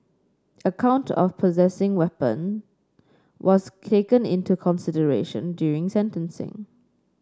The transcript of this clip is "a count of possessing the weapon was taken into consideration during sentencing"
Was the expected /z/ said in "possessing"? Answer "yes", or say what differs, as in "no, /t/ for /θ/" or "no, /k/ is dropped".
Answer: yes